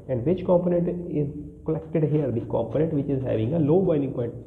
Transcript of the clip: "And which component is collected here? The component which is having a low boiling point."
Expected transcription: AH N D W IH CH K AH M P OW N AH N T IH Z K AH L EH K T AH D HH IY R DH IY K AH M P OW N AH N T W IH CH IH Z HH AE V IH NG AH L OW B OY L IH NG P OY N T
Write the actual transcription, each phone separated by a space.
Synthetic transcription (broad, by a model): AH N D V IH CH K AH M P OW N AH N T IH Z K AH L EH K T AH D HH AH R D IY K AH M P OW N AH N T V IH CH IH Z HH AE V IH NG AH L OW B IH N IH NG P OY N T